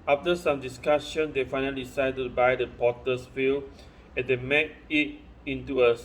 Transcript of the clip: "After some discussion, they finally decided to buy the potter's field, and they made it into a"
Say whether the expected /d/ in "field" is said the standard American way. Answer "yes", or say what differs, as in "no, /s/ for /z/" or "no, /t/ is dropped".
no, /d/ is dropped